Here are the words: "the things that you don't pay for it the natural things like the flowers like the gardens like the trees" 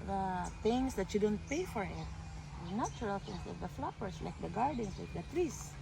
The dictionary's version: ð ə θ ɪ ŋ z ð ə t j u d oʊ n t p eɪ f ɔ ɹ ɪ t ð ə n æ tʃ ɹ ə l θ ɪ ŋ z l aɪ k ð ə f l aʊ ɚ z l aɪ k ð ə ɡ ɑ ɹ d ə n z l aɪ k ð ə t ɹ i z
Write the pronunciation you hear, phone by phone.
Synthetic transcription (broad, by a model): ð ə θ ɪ ŋ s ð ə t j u d oʊ n t p eɪ f ɔ ɹ ɪ t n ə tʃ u ɹ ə l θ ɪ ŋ s l aɪ k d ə f l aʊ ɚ s l aɪ k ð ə ɡ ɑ ɹ d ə n s l aɪ k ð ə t ɹ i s